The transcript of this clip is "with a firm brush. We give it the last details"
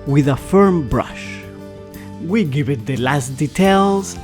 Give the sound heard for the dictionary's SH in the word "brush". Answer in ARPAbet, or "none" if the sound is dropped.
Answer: SH